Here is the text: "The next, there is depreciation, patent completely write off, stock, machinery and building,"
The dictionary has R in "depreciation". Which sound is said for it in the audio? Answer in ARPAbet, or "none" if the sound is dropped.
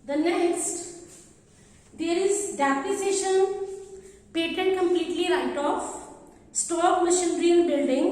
none